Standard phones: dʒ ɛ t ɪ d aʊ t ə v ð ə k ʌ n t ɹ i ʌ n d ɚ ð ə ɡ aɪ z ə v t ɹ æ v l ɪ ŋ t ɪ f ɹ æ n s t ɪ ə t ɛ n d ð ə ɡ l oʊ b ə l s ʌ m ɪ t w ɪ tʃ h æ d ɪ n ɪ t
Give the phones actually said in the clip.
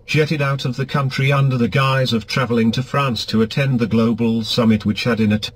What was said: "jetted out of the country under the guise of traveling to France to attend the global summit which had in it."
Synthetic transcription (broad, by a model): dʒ ɛ t ɪ d aʊ t ə v ð ə k ʌ n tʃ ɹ i ʌ n d ɚ ð ə ɡ aɪ z ə v t ɹ æ v l ɪ ŋ t ɪ f ɹ æ n s t ɪ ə t ɛ n ð ə ɡ l oʊ b l s ʌ m ɪ t w ɪ tʃ h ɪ d ɪ n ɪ t